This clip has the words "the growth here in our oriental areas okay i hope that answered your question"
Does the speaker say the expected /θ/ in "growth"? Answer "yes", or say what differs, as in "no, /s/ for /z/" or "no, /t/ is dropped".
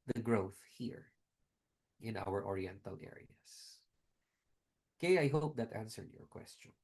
yes